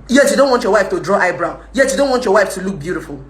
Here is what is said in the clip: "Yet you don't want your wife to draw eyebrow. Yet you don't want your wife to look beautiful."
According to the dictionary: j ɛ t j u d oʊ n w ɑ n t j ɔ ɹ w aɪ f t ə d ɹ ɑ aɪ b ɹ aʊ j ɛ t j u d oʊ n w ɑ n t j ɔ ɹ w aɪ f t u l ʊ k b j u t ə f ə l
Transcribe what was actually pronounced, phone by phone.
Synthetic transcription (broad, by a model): j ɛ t j u d oʊ n w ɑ n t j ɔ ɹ w aɪ f t ə d ɹ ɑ aɪ b ɹ aʊ j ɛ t j u d oʊ n w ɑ n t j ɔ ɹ w aɪ f t u l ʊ k b j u t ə f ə l